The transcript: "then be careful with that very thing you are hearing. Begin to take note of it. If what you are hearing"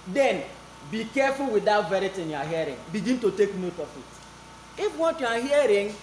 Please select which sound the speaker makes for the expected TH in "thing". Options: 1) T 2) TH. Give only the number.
1